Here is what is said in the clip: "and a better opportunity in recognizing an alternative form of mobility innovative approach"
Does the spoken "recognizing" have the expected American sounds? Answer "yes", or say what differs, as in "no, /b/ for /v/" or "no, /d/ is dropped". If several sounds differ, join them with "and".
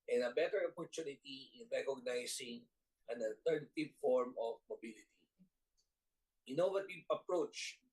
no, /s/ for /z/